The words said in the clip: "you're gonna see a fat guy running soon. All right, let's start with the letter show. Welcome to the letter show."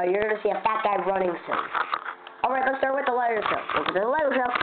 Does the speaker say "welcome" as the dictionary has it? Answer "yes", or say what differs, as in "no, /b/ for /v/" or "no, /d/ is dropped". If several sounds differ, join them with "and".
no, /k/ is dropped